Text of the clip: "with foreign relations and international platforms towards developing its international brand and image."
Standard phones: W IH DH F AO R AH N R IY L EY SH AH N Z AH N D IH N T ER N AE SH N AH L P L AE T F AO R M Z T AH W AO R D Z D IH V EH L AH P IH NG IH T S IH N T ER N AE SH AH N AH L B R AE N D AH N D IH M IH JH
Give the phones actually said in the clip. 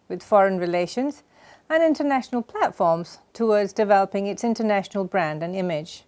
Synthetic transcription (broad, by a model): W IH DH F AO R AH N R IY L EY SH AH N Z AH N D IH N T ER N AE SH N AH L P L AE T F AO R M Z T AH W AO R D Z D IH V EH L AH P IH NG IH T S IH N T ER N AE SH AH N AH L B R AE N D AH N IH M IH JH